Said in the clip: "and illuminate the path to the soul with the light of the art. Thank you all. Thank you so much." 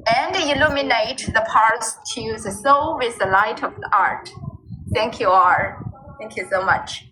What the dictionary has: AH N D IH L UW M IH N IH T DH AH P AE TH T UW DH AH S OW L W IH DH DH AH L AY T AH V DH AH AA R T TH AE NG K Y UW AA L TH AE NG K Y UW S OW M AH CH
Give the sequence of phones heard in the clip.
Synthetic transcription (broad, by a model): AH N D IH L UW M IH N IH T DH AH P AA S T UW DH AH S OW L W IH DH DH AH L AY T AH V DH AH AA R T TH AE NG K Y UW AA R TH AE NG K Y UW S OW M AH CH